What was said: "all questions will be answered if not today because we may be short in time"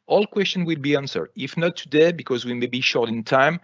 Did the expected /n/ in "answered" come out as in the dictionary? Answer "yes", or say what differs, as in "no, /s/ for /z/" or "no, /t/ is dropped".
yes